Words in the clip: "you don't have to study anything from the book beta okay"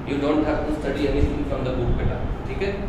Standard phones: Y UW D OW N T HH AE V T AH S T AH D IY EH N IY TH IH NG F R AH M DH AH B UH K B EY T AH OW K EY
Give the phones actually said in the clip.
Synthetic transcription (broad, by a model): Y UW D OW N T HH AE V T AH S T AH D IY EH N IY S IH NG F R AH M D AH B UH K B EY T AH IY K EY